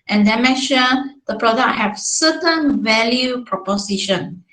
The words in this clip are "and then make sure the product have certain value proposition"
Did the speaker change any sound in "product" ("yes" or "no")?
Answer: no